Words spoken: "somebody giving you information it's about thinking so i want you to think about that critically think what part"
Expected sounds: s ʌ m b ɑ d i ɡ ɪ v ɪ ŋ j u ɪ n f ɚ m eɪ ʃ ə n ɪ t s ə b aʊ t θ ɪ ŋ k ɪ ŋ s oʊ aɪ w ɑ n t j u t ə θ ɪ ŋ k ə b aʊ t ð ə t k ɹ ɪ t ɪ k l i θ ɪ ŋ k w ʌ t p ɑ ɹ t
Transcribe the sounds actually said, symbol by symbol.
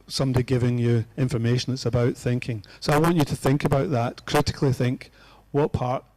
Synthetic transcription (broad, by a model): s ʌ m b d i ɡ ɪ v ɪ ŋ j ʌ ɪ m f ɚ m eɪ ʃ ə n ɪ t s ə b aʊ t θ ɪ ŋ k ɪ ŋ s oʊ aɪ w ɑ n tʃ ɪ t ə θ ɪ ŋ k ə b aʊ t ð ə t k ɹ ɪ t ɪ k l i θ ɪ ŋ k w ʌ t p ɑ ɹ t